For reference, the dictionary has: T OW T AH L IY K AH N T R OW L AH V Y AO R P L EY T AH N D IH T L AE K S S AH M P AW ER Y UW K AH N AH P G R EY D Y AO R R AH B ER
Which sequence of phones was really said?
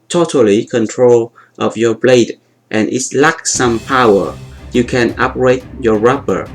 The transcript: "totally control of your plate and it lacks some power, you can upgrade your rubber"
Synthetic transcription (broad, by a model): T OW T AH L IY K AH N T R OW L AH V Y AO R B L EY T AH N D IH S L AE K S S AH M P AW ER Y UW K AH N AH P R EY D Y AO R R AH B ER